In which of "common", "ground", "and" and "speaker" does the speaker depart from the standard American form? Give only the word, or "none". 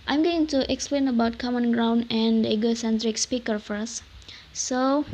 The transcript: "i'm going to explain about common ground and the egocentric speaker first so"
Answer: none